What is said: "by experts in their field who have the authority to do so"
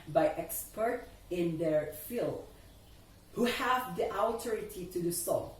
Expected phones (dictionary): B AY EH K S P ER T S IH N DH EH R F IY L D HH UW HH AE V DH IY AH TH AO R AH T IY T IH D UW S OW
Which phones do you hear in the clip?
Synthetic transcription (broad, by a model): B AY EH K S P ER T IH N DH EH R F IY L D HH UW HH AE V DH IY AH T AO R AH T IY T IH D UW S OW